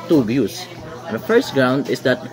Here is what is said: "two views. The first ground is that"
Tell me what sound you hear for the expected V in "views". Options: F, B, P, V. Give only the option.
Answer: B